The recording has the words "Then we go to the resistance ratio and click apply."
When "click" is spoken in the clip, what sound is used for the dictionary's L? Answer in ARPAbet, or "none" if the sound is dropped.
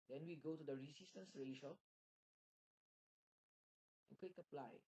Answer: W